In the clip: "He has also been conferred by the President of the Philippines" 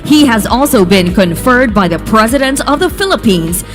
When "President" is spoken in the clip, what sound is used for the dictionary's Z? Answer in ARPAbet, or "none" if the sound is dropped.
Z